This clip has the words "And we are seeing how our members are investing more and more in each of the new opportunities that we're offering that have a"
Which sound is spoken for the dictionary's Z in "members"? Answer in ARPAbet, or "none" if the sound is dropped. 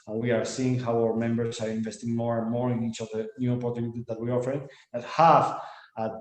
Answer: S